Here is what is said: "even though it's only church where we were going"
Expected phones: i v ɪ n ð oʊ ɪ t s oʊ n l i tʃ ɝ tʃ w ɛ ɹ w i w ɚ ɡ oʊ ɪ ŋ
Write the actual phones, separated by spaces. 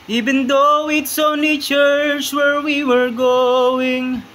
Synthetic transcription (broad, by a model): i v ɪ n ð oʊ ɪ t s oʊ n i tʃ ɝ tʃ w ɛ ɹ w i w ɚ ɡ oʊ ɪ ŋ